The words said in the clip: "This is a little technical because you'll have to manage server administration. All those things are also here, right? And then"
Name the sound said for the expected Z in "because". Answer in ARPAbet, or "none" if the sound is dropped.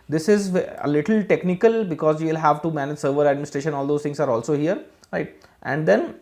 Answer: Z